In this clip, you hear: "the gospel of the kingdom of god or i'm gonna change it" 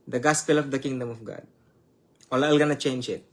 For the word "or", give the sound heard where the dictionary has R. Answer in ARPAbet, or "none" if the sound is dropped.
L